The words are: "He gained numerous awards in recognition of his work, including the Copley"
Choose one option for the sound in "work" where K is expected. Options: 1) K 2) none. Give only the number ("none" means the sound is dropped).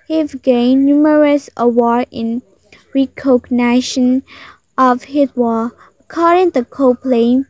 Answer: 2